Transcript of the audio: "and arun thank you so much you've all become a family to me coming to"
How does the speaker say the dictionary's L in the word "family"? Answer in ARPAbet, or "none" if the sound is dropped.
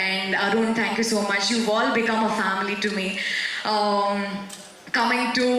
L